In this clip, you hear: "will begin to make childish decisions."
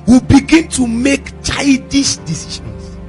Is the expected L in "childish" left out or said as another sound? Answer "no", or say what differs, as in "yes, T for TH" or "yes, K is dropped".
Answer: yes, L is dropped